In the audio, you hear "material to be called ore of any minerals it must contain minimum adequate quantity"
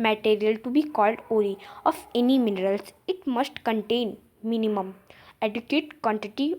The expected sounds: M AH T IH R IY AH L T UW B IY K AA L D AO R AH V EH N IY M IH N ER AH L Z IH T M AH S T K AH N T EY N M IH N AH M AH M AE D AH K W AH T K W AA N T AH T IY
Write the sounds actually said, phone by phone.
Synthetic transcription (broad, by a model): M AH T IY R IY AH L T UW B IY K AA L D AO L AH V EH N IY M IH N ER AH L S IH T M AH S T K AH N T EY N M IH N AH M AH M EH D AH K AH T K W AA N T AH T IY